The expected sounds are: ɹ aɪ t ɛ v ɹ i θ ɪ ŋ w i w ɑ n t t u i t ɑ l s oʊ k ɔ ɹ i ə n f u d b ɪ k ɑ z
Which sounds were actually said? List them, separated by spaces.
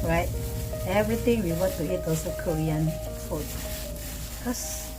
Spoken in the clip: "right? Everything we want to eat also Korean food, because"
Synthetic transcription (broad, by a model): ɹ aɪ t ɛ v ɹ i t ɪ ŋ w i w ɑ n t t u i t ɑ l s oʊ k ɔ ɹ i ə n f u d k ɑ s